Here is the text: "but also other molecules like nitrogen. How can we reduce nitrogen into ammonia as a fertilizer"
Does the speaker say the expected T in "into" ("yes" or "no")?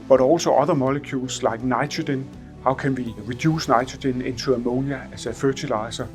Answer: no